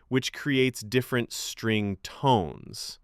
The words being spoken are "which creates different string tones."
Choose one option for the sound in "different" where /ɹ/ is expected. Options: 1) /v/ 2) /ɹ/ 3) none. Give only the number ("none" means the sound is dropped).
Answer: 2